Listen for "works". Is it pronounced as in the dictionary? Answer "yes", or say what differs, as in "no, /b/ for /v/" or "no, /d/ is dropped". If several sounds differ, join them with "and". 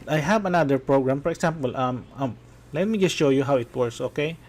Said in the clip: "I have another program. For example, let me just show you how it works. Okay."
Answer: no, /k/ is dropped